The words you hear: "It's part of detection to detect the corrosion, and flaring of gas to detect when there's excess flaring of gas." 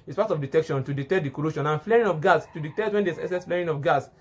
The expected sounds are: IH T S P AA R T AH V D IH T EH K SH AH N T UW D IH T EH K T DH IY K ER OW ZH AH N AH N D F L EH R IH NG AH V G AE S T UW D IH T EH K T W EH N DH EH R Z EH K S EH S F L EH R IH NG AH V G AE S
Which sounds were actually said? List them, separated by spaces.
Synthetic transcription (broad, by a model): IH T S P AA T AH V D IH T EH K SH AH N T UW D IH T EH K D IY K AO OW SH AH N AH N F L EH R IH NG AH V G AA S T UW D IH T EH K T W EH N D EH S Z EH S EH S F L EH R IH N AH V G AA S